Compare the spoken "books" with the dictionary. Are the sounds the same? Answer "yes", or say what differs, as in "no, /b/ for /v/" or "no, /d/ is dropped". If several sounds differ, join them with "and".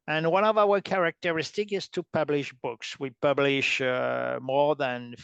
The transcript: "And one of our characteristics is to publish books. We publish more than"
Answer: yes